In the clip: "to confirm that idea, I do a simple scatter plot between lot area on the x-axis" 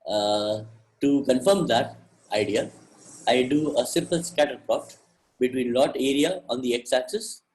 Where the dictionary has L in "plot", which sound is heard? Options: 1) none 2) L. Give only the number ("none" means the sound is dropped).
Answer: 1